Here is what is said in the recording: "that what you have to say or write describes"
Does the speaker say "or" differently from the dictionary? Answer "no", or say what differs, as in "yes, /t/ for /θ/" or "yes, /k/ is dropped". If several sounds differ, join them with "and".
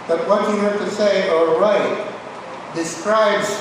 yes, /l/ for /ɹ/